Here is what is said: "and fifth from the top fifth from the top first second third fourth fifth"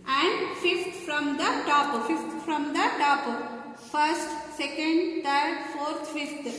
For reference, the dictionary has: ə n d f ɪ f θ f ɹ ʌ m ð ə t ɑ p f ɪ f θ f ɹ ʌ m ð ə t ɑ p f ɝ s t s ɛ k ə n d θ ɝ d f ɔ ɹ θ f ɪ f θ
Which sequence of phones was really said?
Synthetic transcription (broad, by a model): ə n d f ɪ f t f ɹ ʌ m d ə t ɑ p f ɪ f t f ɹ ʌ m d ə t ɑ p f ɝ s t s ɛ k ə n d t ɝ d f ɔ ɹ t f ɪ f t